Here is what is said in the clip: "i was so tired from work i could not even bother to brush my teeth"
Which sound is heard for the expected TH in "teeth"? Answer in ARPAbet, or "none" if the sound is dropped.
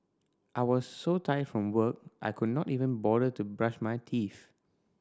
F